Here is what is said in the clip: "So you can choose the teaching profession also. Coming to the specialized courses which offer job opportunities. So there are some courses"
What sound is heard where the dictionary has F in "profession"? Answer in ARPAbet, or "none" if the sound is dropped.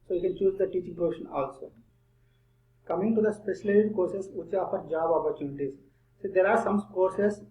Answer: none